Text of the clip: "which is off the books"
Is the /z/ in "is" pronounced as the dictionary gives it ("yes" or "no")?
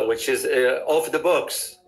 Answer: yes